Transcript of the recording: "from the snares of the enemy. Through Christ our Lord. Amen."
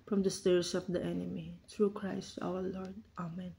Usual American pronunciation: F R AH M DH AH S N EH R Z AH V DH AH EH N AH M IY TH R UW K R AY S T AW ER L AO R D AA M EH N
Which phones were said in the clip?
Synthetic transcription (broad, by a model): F R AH M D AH S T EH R S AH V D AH EH N AH M IY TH R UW K R AY S T AW ER L AO R D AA M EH N